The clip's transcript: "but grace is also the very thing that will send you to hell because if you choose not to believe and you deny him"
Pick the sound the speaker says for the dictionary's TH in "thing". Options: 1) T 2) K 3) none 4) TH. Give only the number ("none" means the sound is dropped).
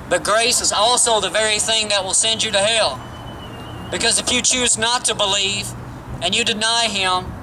4